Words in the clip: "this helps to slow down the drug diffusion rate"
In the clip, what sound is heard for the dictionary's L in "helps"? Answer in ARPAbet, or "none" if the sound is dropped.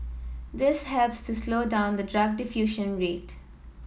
L